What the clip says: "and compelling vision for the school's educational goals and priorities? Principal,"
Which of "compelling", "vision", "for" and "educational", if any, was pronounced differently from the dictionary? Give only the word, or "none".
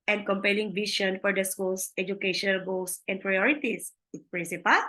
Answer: vision